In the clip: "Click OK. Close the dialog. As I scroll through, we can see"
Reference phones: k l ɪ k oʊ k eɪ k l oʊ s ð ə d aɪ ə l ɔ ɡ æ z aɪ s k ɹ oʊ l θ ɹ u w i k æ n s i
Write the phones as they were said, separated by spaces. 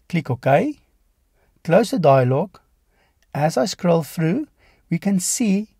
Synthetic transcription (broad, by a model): k l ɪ k oʊ k eɪ k l oʊ s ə d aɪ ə l ɔ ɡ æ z aɪ s k ɹ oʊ l f ɹ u w i k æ n s i